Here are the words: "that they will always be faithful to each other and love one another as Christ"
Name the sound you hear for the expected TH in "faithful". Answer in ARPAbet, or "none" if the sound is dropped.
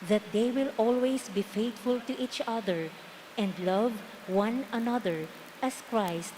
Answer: T